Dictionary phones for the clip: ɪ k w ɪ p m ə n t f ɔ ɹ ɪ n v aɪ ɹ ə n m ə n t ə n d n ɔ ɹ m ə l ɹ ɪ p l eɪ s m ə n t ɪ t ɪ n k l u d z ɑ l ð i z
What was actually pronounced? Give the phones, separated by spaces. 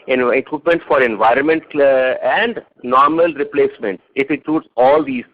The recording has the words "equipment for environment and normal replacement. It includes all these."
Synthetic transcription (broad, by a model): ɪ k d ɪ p m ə n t f ɔ ɹ ɪ n v aɪ ɹ ə n m ə n t ə n d n ɔ ɹ m ə l ɹ ɪ p l eɪ s m ə n t ɪ t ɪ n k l u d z ɑ l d i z